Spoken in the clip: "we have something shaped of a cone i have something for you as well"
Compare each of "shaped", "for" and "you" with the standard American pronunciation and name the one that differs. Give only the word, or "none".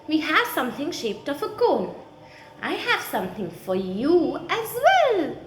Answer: none